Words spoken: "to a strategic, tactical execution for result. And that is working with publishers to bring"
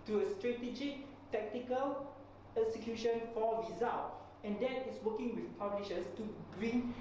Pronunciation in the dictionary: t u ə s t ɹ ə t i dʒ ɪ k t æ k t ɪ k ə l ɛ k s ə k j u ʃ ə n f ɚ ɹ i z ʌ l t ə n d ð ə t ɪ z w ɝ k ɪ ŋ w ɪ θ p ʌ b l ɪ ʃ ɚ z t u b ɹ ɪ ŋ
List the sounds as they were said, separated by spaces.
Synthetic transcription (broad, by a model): t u ə s t ɹ ə t i dʒ ɪ k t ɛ k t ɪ k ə l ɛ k s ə k j u ʃ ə n f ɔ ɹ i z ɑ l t ə n d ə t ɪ s w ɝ k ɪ ŋ w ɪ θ p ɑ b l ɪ ʃ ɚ s t u b ɹ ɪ ŋ